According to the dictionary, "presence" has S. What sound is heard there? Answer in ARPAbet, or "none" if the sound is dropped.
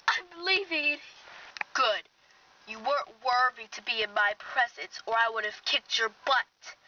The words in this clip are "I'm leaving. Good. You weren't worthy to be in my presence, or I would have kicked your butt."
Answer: S